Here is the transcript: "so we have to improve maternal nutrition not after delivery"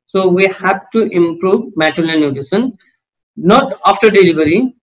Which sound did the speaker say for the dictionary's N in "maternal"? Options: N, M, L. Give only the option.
L